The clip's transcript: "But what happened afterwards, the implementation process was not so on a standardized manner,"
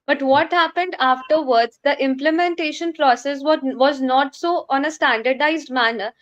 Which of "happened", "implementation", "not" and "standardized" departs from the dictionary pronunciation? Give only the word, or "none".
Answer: none